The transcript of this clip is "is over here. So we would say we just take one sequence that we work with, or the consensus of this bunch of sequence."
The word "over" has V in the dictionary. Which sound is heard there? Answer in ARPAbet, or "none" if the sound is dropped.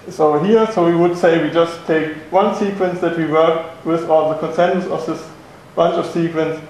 none